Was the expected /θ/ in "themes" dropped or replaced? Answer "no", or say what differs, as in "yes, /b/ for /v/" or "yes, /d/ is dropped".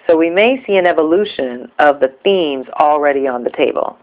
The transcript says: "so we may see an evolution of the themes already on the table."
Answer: no